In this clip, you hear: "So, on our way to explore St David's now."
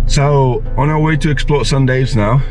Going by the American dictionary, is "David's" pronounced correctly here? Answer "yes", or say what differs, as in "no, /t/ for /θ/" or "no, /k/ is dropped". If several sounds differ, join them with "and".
no, /v/ is dropped